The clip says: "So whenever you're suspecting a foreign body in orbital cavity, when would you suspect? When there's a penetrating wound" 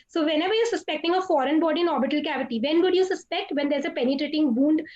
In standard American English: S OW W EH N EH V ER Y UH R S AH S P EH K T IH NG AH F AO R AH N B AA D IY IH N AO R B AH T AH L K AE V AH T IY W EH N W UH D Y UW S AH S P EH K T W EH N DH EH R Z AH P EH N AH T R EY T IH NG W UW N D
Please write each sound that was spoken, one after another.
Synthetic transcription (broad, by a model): S OW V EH N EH V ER Y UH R S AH S P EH K T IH NG AH F AO R AH N B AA D IH N AO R B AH T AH L K AE V AH T IY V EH N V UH D Y UW S AH S P EH K T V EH N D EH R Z AH P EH N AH T R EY T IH NG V UW N D